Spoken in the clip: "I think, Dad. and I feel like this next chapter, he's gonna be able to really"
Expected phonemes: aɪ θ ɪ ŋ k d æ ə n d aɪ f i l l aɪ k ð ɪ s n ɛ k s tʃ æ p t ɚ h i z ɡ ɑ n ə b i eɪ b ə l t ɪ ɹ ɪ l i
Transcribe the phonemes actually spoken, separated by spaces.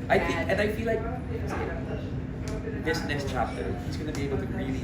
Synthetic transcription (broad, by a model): aɪ θ ɪ ŋ k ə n aɪ f i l l aɪ k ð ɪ s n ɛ s tʃ æ p t ɚ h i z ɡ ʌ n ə b i eɪ b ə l t ɪ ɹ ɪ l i